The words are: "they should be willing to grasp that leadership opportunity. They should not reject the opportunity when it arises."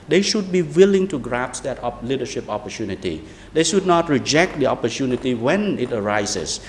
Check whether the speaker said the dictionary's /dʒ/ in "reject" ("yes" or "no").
yes